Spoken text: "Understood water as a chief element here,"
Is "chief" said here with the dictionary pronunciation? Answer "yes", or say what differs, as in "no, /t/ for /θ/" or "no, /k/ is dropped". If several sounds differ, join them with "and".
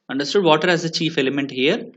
yes